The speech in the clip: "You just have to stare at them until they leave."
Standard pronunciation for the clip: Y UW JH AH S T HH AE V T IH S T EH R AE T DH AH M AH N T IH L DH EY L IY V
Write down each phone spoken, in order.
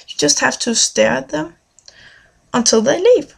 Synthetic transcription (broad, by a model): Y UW JH AH S T HH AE F T IH S T EH R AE T DH AH M AH N T IH L DH EY L IY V